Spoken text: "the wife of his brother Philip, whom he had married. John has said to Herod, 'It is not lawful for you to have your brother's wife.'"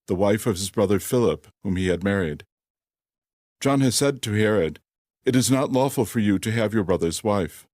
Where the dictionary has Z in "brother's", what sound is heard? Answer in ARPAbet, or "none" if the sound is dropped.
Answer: Z